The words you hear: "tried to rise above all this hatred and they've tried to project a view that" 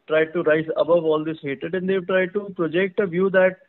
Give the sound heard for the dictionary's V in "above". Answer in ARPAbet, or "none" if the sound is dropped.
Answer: V